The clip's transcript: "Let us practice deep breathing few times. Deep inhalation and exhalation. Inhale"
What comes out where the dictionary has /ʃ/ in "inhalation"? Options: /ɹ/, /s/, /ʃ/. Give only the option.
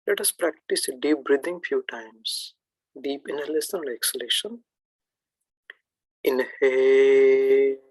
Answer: /s/